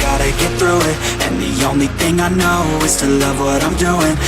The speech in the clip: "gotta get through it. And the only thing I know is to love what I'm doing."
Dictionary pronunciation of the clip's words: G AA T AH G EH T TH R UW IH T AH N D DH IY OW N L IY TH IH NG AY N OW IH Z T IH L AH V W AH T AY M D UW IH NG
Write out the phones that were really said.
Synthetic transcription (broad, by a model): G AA T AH G EH T TH R UW IH T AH N DH IY OW N L IY TH IH NG AY N OW IH Z T IH L AH V W AH T AY M D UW IH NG